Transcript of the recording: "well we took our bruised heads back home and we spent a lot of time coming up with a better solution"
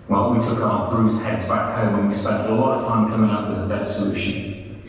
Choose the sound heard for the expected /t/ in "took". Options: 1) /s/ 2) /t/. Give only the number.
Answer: 2